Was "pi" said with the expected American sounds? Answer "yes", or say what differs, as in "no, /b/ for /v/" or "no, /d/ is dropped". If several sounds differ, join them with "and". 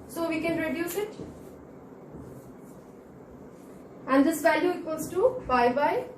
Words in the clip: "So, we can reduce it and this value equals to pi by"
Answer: no, /b/ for /p/